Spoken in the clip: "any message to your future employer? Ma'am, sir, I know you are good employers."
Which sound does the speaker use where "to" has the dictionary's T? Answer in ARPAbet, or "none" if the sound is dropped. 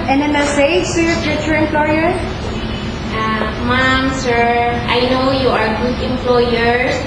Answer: S